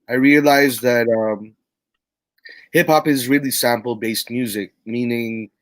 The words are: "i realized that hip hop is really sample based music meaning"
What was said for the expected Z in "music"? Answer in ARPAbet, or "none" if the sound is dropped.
Z